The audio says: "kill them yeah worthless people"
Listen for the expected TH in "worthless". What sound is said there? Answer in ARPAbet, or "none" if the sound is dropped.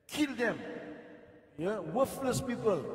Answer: F